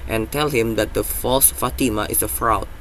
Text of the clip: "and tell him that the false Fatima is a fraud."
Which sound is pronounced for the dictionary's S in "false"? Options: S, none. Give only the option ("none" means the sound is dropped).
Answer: S